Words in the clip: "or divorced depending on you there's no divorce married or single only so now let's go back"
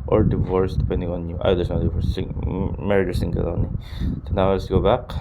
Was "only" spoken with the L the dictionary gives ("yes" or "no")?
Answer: no